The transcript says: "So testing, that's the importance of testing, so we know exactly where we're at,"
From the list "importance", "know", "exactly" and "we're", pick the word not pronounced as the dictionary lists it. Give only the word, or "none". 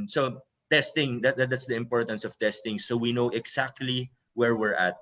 exactly